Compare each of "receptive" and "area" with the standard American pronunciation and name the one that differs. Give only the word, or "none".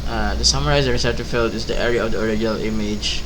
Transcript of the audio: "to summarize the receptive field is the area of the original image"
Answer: receptive